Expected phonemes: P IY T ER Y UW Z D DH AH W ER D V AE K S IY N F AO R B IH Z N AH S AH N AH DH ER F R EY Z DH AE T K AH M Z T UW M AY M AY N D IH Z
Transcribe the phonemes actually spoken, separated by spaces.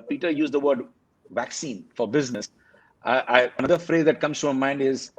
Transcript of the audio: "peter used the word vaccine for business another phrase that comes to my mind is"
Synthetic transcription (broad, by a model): P IY T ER Y UW Z D AH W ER D V AE K S IY N F AO R B IH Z N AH S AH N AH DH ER F R EY Z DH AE T K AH M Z T UW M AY M AY N D IH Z